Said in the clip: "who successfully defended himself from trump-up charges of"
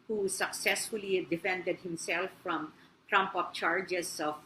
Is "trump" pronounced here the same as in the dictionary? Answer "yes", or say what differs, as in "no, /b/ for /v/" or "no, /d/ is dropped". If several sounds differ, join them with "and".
yes